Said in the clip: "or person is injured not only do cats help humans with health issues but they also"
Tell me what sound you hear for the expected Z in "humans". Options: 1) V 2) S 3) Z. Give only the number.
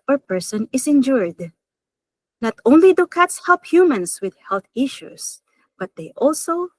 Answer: 2